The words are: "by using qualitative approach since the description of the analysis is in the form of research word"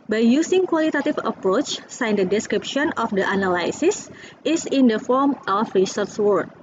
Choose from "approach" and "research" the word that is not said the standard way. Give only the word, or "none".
research